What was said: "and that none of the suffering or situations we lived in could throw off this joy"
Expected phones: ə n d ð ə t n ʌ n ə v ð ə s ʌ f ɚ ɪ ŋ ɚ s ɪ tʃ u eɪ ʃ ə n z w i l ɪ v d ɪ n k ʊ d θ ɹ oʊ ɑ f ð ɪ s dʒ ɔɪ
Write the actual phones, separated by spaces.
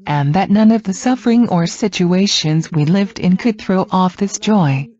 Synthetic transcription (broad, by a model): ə n ð ə t n ʌ n ə v ð ə s ʌ f ɚ ɪ ŋ ɚ s ɪ tʃ u eɪ ʃ ə n z w i l ɪ v d ɪ n k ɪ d θ ɹ oʊ ɑ f ð ɪ s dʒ ɔɪ